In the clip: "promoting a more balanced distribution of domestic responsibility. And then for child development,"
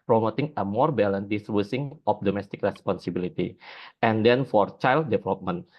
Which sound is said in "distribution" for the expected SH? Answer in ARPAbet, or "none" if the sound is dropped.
S